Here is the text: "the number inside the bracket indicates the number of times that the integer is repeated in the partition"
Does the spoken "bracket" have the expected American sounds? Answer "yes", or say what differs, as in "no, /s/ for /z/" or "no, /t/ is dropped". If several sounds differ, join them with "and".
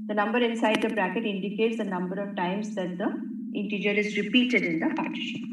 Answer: yes